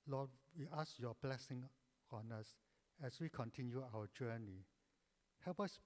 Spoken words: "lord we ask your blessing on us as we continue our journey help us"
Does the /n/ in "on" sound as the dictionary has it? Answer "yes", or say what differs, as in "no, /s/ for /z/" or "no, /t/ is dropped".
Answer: yes